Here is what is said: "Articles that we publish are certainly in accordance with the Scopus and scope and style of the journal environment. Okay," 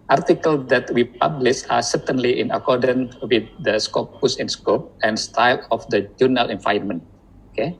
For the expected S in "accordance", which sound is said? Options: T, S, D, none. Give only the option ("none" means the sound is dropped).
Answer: none